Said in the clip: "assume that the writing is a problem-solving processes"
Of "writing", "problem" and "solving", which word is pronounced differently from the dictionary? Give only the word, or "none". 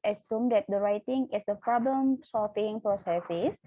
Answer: solving